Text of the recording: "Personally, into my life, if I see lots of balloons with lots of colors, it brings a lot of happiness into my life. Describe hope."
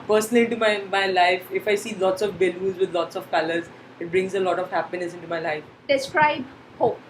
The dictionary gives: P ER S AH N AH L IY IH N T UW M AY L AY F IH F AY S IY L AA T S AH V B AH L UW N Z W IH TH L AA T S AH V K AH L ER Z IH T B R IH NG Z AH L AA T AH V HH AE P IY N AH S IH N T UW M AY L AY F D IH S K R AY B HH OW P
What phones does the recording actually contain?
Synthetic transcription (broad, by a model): P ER S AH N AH L IY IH N T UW M AY L AY F IH F AY S IY L AA T S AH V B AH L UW Z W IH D L AA T S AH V K AH L ER Z IH T B R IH NG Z AH L AA T AH V HH AE P IY N AH S IH N T UW M AY L AY F D IH S K R AY B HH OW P